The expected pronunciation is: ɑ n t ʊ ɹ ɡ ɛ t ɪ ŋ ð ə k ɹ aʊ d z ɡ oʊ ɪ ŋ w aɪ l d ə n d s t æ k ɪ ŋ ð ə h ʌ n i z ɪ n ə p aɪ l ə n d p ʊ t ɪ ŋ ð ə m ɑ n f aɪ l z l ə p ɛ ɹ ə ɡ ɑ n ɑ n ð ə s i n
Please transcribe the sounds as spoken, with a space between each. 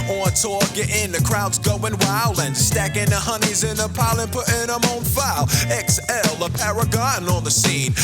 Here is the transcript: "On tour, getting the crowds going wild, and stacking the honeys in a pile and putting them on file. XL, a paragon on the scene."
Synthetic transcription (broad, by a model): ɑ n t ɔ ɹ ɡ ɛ t ɪ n ð ə k ɹ aʊ d z ɡ oʊ ɪ ŋ w aɪ l ə n s t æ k ɪ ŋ ð ə h ʌ n i z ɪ n ə p aɪ l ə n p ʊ t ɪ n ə m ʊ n f aɪ l s l ə p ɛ ɹ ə ɡ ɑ n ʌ n ð ə s i n